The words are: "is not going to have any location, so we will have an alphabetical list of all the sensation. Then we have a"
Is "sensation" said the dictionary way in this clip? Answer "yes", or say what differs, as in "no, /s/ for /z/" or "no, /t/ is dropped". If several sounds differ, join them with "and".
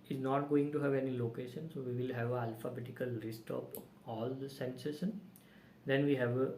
no, /s/ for /ʃ/